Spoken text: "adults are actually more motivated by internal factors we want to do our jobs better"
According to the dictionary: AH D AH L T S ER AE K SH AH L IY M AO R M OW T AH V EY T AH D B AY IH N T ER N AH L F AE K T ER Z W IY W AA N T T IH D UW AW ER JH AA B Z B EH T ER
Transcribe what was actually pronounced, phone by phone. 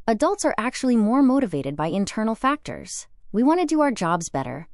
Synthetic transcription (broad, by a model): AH D AH L T S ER AE K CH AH L IY M AO R M OW T AH V EY T AH D B AY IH N T ER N L F AE K T ER Z W IY W AA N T T IH D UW AW ER JH AA B Z B EH T ER